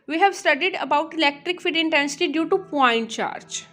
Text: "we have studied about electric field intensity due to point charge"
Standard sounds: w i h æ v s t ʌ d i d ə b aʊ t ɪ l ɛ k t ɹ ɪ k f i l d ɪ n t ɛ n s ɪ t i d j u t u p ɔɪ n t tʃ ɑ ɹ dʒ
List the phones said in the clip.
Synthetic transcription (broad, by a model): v i h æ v s t ʌ d i d ə b aʊ t ɪ l ɛ k t ɹ ɪ k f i d ɪ n t ɛ n s ɪ t i d j u t u p ɔɪ n t tʃ ɑ ɹ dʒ